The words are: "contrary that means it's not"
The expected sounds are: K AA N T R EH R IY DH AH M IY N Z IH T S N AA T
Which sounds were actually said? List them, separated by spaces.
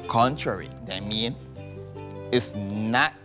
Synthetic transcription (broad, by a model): K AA N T R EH R IY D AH M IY N IH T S N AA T